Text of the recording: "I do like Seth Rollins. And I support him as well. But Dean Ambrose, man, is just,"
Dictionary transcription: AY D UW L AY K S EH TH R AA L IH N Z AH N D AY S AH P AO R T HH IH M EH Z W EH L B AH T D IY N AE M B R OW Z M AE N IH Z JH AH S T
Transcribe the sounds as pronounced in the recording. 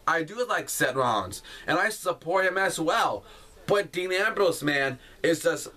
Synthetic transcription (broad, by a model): AY D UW L AY K S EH T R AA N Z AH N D AY S AH P AO R T HH IH M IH Z W EH L B AH T D IY N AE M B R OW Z M AE N IH Z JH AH S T